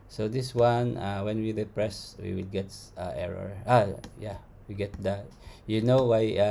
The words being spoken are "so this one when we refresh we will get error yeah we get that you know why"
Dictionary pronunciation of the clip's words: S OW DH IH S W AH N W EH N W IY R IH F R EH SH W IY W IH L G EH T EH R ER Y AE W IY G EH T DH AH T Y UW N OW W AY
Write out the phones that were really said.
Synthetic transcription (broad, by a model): S OW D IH S W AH N W EH N W IY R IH P R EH S W IY W IH L G EH T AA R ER Y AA W IY G EH T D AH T Y UW N OW W AY